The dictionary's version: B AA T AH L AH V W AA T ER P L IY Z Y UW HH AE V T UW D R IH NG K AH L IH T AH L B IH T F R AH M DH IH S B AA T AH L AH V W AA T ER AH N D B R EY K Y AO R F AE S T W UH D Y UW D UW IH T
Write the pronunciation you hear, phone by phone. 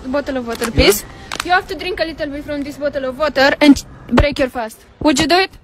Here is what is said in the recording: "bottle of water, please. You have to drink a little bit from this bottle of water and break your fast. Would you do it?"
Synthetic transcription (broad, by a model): B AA T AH L AH V W AA T ER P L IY S Y UW HH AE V T UW D R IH NG K AH L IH T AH L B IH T F R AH M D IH S B AA T AH L AH V W AA T ER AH N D B R EY K Y AO R F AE S T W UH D Y UW D UW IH T